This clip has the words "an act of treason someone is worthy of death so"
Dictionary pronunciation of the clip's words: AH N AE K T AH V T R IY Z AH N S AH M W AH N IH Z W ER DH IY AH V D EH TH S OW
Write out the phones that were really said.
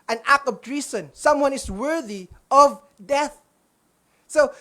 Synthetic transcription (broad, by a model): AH N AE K AH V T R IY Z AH N S AH M W AH N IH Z W ER DH IY AH V D EH TH S OW